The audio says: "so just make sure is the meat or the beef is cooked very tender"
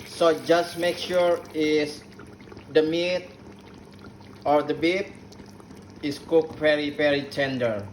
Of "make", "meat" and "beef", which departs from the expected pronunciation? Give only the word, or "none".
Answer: beef